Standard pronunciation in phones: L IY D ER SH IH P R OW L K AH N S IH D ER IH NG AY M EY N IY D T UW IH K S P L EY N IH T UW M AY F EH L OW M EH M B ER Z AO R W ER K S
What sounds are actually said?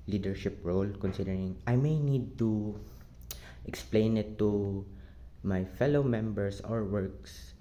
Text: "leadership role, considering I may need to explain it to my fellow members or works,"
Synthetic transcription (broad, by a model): L IY D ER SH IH P R OW L K AH N S IH D ER IH NG AY M EY N IY D T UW IH K S P L EY N IH T UW M AY F EH L OW M EH M B ER S AO R W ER K S